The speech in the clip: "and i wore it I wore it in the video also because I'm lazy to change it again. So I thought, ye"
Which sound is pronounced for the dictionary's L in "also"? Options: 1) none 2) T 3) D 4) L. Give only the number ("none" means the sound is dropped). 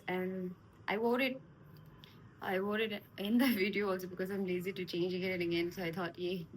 4